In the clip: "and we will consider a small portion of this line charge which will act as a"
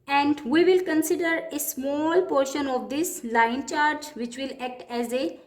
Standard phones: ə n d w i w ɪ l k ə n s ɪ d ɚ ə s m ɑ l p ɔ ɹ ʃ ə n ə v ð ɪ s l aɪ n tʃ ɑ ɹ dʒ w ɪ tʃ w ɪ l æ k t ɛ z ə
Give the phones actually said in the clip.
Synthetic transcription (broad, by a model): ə n d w i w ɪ l k ə n s ɪ d ɚ ə s m ɑ l p ɔ ɹ ʃ ə n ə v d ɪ s l aɪ n tʃ ɑ ɹ dʒ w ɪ tʃ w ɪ l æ k t ɛ z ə